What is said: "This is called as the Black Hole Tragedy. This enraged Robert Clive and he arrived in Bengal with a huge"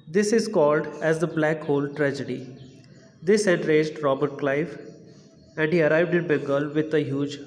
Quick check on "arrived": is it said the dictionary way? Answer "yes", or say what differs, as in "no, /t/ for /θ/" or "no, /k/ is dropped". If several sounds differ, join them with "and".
yes